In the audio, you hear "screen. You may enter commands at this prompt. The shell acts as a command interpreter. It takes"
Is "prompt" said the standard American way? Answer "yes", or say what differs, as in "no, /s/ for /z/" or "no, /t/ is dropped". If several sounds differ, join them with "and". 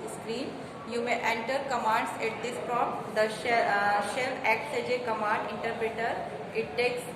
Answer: no, /m/ is dropped